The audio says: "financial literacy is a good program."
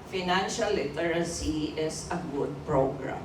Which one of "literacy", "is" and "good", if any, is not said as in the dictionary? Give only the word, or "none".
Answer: is